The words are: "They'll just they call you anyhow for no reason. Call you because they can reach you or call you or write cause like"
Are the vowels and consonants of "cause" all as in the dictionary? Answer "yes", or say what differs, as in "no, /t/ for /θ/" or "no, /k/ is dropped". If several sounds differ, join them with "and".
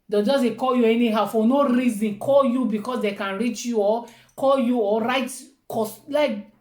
no, /s/ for /z/